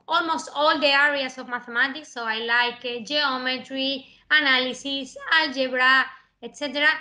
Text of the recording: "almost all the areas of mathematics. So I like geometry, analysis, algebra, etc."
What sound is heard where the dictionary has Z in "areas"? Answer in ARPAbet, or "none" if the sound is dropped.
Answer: S